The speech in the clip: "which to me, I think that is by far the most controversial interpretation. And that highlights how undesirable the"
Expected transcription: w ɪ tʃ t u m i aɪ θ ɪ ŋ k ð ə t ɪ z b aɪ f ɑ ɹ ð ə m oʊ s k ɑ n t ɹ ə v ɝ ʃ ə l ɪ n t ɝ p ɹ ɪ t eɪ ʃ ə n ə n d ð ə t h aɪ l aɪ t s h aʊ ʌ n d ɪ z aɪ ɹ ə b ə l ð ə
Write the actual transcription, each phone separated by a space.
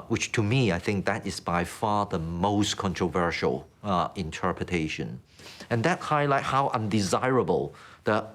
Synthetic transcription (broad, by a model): w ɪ tʃ t u m i aɪ θ ɪ ŋ k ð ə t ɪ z b aɪ f ɑ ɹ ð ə m oʊ s k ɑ n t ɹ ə v ɝ ʃ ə l ɪ n t ɝ p ɹ ɪ t eɪ ʃ ə n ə n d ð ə t h aɪ l aɪ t h aʊ ʌ n d ɪ z aɪ ɹ ə b ə l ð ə